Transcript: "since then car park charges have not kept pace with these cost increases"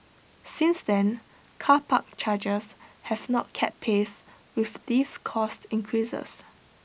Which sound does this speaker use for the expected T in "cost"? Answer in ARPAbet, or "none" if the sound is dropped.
T